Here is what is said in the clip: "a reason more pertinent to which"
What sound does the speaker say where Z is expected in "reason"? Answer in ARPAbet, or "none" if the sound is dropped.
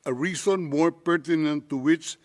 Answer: S